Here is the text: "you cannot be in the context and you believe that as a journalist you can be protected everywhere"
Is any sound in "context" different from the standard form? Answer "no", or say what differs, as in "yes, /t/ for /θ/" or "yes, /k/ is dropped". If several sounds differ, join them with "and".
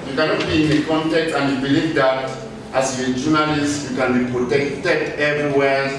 yes, /s/ is dropped